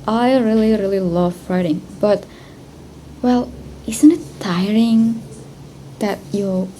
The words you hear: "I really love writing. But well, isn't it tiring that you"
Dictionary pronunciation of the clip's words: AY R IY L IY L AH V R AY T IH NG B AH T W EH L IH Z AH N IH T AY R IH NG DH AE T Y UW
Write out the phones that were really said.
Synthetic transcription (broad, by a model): AY R IY L IY L AH V R AY T IH NG B AH T W EH L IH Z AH N IH T AY R IH NG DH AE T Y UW